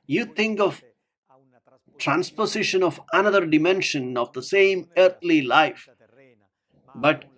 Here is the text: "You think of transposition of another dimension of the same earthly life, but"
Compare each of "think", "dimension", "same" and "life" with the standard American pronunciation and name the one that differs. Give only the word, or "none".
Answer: think